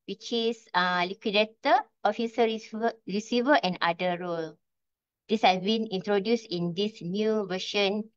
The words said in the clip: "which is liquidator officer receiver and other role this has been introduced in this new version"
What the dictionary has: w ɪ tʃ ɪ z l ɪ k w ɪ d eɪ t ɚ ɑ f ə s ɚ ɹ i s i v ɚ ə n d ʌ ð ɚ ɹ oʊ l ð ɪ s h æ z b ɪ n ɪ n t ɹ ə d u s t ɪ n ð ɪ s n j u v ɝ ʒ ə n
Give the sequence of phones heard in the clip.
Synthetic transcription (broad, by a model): w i tʃ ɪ s l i k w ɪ d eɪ t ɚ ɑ f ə s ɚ ɹ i s i v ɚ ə n d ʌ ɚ ɹ oʊ l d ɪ s h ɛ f b ɪ n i n t ɹ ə d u s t ɪ n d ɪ s n j u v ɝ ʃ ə n